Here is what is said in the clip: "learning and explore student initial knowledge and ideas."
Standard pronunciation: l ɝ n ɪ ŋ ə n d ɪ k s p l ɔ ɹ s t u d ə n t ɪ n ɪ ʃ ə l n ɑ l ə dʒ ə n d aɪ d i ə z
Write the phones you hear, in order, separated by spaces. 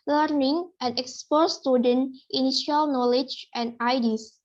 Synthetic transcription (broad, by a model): l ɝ n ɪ ŋ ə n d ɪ k s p ɔ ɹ s t u d ə n t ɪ n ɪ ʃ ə l n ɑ l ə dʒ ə n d aɪ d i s